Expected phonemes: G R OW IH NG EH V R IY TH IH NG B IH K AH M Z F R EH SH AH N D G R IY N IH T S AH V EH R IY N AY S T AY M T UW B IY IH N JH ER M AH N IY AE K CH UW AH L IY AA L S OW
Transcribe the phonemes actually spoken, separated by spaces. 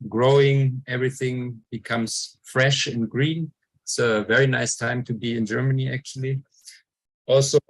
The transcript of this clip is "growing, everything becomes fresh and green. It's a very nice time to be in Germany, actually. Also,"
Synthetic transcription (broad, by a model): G R OW IH NG EH V R IY TH IH NG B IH K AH M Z F R EH SH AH N G R IY N IH T S AH V EH R IY N AY S T AY M T UW B IY IH N JH ER M AH N IY AE K CH UW AH L IY AA L S OW